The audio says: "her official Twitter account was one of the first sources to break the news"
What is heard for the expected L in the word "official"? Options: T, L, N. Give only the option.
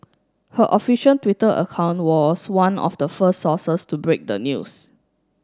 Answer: N